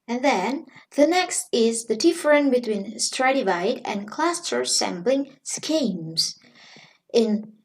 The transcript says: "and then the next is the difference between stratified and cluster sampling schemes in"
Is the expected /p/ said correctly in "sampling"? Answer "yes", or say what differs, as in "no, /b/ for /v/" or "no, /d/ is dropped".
no, /b/ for /p/